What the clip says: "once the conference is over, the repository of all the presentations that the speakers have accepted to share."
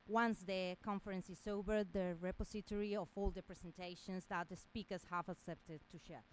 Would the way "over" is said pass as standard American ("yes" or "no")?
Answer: no